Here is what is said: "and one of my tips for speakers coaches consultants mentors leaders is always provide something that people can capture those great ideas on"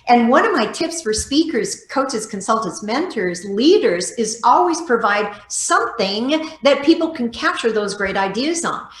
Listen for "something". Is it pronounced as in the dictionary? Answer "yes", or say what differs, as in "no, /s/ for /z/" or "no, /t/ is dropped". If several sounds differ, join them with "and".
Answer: yes